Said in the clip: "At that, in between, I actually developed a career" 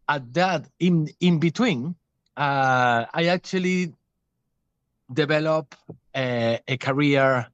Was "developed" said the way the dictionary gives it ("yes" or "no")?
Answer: no